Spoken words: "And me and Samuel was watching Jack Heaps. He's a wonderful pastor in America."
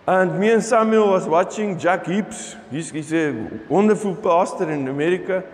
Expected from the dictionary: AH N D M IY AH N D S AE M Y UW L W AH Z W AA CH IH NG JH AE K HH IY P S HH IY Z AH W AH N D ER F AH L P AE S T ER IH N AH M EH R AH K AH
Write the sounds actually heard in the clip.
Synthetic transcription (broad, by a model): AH N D M IY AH N S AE M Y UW L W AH S W AA CH IH NG JH AE K HH IY P S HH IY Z AH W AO N D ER F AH L P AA S T ER IH N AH M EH R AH K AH